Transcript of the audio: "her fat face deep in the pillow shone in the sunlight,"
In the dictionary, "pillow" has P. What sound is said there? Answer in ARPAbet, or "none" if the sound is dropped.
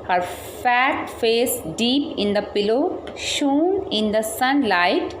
P